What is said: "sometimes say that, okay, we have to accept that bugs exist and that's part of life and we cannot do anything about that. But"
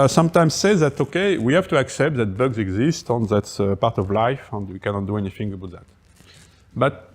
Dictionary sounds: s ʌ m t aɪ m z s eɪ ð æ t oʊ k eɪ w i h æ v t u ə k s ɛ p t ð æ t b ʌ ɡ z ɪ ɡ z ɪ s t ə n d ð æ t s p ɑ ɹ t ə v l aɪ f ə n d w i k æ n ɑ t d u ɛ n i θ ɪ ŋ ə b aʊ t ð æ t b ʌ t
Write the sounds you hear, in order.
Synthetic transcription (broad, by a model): s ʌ m t aɪ m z s eɪ ð æ t oʊ k eɪ w i h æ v t u ə k s ɛ p t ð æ t b ʌ ɡ z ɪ ɡ z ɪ s t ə n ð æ t s p ɑ ɹ t ə v l aɪ f ə n d w i k æ n ɑ t d u ɛ n i θ ɪ ŋ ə b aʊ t ð æ t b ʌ t